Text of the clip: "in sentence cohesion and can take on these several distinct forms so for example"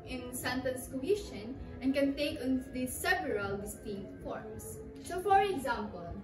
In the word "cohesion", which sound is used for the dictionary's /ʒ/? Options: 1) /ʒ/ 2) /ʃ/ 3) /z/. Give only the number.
2